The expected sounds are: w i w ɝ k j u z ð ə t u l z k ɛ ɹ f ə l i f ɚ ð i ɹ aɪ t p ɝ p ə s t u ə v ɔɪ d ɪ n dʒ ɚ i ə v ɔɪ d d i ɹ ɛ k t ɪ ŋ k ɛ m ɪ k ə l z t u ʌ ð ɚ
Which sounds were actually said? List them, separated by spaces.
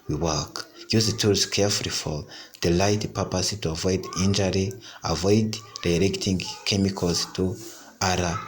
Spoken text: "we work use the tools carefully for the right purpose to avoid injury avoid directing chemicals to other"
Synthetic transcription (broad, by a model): w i w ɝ k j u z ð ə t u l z k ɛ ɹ f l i f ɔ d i l aɪ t p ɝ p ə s t u ə v ɔɪ d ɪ n dʒ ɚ i ə v ɔɪ d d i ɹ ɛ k t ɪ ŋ k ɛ m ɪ k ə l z t u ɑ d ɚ